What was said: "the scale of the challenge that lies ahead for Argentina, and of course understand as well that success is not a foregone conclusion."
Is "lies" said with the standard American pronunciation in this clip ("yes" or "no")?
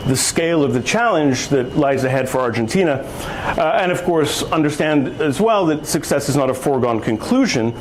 yes